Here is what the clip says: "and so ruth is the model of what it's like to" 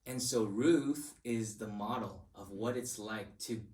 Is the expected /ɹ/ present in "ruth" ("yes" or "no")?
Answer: yes